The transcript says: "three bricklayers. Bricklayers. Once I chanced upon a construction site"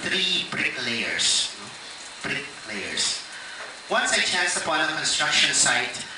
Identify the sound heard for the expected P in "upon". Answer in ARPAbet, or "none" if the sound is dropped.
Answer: B